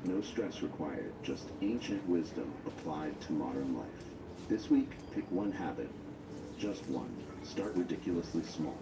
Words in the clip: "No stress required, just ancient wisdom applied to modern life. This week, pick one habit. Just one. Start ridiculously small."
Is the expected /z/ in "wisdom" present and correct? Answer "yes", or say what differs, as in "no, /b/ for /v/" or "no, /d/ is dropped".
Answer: yes